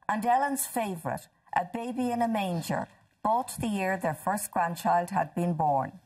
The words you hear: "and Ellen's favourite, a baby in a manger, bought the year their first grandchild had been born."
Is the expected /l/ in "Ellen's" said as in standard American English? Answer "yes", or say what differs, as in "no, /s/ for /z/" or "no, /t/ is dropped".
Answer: yes